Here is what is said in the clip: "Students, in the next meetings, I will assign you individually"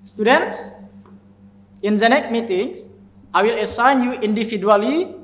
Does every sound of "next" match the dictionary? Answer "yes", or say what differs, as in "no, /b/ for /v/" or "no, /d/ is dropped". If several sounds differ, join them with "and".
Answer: no, /s/ is dropped